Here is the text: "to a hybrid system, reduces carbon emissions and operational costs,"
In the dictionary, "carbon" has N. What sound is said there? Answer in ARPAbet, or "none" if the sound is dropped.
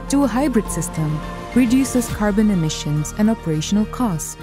N